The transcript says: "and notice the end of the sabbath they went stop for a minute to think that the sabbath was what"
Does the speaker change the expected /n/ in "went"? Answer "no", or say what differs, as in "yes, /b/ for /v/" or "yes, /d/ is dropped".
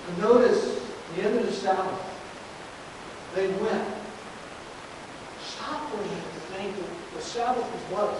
no